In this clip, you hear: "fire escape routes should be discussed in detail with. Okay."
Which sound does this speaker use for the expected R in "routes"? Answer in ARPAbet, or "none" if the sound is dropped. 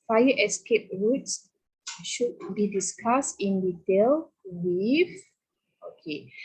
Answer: R